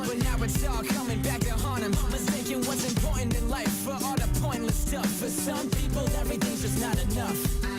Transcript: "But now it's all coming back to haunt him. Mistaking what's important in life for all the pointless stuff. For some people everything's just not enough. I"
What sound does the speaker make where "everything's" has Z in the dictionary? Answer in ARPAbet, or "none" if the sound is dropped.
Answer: none